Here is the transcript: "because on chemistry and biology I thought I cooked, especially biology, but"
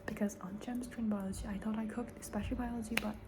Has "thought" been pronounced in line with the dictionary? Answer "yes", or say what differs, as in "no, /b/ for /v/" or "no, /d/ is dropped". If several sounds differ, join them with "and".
yes